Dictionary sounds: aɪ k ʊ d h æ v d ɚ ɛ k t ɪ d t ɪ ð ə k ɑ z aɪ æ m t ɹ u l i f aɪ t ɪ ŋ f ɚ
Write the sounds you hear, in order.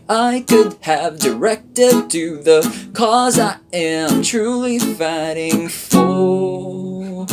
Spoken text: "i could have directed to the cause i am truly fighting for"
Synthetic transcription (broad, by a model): aɪ k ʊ d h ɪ v d ɚ ɛ k t ɪ d t ɪ ð ə k ɑ z aɪ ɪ m t ɹ u l i f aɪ t ɪ ŋ f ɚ